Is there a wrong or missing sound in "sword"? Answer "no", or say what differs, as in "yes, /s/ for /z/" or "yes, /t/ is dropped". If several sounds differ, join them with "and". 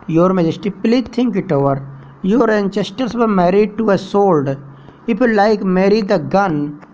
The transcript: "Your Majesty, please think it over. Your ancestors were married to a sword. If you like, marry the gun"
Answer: yes, /l/ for /ɹ/